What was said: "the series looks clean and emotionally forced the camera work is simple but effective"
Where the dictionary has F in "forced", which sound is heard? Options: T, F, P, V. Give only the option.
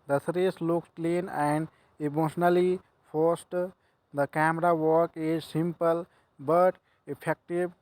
P